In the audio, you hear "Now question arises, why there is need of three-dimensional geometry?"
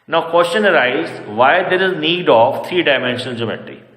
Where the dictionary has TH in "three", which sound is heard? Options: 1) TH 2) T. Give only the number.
2